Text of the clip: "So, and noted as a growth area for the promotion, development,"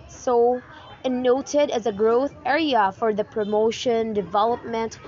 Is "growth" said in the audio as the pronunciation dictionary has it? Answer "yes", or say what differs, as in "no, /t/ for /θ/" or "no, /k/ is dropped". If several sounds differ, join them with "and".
yes